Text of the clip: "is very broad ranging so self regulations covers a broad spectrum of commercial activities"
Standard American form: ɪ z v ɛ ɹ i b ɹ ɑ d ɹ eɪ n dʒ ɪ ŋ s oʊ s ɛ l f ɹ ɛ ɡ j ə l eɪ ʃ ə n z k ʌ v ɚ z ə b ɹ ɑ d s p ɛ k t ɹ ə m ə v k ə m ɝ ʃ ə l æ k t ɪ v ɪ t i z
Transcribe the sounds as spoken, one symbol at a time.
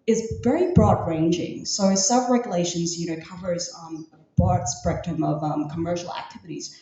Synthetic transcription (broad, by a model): ɪ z v ɛ ɹ i b ɹ ɑ d ɹ eɪ n dʒ ɪ ŋ s oʊ s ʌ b ɹ ɛ ɡ j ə l eɪ ʃ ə n z k ʌ v ɚ z ə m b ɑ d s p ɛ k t ə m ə v k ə m ɝ ʃ l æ k t ɪ v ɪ t i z